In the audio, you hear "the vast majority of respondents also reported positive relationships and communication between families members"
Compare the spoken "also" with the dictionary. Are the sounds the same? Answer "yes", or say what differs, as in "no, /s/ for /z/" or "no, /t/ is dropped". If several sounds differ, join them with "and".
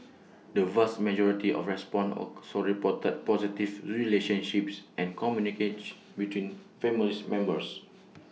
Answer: no, /l/ is dropped